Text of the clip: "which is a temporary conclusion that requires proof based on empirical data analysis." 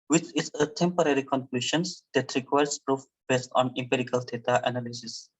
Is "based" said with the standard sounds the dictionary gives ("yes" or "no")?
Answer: yes